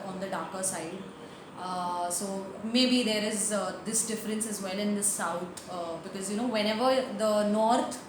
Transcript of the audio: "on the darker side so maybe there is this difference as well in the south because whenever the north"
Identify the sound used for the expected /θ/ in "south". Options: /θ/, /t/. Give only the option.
/t/